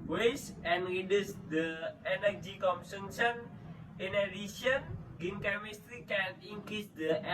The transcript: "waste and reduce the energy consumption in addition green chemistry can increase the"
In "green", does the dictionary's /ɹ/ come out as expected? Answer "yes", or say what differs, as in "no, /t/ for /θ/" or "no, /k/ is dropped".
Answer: no, /ɹ/ is dropped